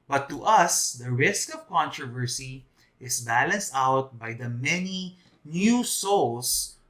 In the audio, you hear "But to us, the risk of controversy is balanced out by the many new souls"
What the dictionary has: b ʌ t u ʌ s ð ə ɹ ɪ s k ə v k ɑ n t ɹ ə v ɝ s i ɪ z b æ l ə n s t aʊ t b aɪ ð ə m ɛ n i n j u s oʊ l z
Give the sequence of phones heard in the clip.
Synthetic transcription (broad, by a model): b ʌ t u ʌ s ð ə ɹ ɪ s k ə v k ɑ n t ɹ ə v ɝ s i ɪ s b æ l ə n s t aʊ t b aɪ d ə m ɛ n i n j u s oʊ l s